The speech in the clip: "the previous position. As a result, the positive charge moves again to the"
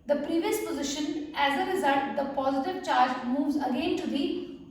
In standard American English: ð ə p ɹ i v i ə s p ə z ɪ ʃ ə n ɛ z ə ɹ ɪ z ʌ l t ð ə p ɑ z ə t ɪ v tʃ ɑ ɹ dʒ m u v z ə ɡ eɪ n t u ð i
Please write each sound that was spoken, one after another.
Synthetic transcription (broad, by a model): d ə p ɹ i v i ə s p ə z ɪ ʃ ə n ɛ z ə ɹ ɪ z ʌ l t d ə p ɑ z ə t ɪ v tʃ ɑ ɹ dʒ m u v z ə ɡ eɪ n t u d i